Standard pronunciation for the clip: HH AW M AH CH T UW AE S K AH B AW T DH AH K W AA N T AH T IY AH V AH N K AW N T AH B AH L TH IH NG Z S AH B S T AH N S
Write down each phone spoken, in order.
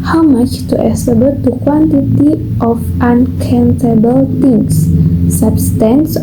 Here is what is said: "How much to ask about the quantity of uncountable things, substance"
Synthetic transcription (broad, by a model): HH AW M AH CH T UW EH S AH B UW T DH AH K W AA N T AH T IY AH F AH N K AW N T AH B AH L T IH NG S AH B S T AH N S